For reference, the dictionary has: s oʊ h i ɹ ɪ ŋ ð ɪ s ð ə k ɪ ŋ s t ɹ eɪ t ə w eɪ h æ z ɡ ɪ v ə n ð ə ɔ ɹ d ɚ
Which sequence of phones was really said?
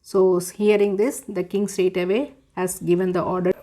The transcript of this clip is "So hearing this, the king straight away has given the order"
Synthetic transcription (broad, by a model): s oʊ h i ɹ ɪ ŋ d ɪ s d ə k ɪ ŋ s t eɪ t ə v eɪ h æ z ɡ ɪ v ə n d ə ɔ ɹ d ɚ